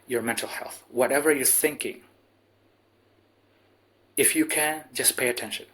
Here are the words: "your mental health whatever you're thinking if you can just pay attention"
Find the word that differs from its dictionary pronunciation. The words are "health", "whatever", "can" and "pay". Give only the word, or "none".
none